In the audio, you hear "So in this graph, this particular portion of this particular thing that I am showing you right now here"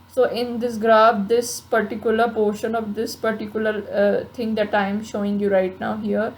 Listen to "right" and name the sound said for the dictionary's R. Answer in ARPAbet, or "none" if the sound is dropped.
R